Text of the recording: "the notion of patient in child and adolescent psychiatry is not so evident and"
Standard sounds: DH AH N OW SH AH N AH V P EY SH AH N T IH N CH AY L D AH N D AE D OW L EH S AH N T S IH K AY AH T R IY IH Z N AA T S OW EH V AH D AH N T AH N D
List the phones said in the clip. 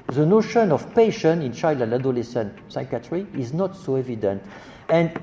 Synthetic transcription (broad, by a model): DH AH N OW SH AH N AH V P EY SH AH N IH N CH AY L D AH N D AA D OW L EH S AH N S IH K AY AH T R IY IH Z N AA T S OW EH V AH D AH N T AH N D